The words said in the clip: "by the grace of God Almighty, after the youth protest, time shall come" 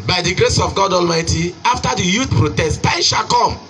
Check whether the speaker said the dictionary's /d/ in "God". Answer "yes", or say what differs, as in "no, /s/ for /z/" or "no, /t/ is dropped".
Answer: yes